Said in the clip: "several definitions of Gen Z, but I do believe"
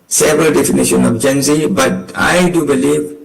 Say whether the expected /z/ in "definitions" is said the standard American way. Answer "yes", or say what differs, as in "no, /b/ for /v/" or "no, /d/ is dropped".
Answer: no, /z/ is dropped